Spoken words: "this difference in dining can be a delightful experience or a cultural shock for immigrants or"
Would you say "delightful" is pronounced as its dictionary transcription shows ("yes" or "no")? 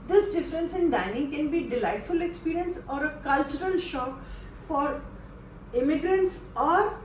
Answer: yes